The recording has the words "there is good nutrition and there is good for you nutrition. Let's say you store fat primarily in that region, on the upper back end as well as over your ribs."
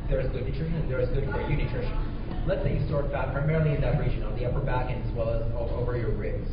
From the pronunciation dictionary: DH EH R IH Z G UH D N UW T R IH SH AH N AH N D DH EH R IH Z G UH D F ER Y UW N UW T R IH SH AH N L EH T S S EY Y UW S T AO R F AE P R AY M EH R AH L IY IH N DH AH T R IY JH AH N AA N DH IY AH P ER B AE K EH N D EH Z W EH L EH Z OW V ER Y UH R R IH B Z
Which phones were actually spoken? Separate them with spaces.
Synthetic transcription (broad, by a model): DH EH R IH Z G UH D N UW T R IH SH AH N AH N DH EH R IH Z G UH D F ER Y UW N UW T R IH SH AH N L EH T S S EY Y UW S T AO R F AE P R AY M EH R L IY IH N DH AH T R IY JH AH N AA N DH IY AH P ER B AE K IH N IH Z W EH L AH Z OW V ER Y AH R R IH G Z